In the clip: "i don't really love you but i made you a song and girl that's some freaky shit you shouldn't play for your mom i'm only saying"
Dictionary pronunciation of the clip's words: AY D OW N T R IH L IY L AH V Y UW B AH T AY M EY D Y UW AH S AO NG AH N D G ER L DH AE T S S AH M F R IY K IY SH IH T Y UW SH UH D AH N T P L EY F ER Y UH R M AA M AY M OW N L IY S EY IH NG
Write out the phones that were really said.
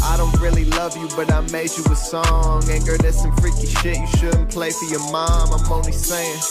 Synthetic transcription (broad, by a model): AY D OW N T R IH L IY L AH V Y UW B AH T AY M EY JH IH AH S AO NG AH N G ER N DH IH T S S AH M F R IY K IY SH IH T Y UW SH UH D N P L EY F ER Y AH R M AA M AY M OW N IY S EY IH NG